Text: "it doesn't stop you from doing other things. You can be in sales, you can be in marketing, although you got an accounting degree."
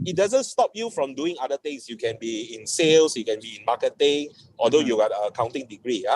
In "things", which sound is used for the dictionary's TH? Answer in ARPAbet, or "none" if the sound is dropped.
T